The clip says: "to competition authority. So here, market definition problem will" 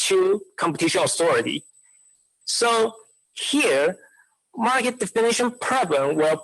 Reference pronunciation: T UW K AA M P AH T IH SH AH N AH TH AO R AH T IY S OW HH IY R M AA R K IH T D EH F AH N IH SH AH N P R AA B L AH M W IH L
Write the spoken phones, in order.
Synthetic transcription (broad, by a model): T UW K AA M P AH T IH SH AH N AH TH AO R AH T IY S OW HH IY R M AA R K IH T D EH F AH N IH SH AH N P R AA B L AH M W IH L